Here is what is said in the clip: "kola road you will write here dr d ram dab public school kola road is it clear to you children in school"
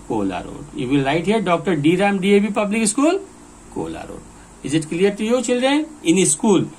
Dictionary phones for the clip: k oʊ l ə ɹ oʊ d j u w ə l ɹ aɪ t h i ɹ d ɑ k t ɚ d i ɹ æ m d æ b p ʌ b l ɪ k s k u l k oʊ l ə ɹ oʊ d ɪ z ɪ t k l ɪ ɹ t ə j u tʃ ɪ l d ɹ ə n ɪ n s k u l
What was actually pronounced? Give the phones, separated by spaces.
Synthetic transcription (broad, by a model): k oʊ l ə ɹ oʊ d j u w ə l ɹ aɪ t h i ɹ d ɑ k t ɚ d i ɹ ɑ m d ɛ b p ʌ b l ɪ k s k u l k oʊ l ə ɹ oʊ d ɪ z ɪ t k l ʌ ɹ t ə j u tʃ ɪ l d ɹ ə n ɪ n s k u l